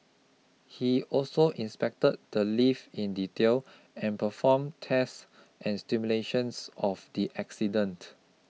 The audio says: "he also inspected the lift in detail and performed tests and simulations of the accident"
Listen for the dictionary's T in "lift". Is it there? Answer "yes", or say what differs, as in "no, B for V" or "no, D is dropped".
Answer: no, T is dropped